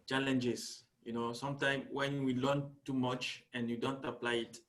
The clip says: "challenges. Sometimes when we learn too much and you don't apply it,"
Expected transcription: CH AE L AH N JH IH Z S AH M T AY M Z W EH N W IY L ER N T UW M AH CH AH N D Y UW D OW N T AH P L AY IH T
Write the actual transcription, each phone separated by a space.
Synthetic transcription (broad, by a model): CH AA L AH N JH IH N S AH M T AY M W EH N W IY L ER N T UW M AH CH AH N Y UW D OW N T AH P L AY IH T